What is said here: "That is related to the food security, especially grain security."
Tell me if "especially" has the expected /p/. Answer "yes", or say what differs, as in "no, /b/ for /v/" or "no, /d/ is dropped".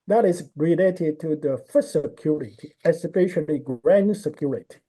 no, /f/ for /p/